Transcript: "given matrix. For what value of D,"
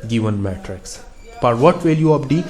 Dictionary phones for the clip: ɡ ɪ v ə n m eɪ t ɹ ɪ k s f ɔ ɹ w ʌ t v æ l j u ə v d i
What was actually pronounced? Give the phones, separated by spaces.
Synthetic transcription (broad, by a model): ɡ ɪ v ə n m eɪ t ɹ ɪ k s p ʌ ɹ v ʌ t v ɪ l j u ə p d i